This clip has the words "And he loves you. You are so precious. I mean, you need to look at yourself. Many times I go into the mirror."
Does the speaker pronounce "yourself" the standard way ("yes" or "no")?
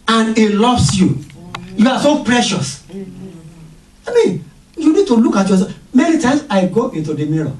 no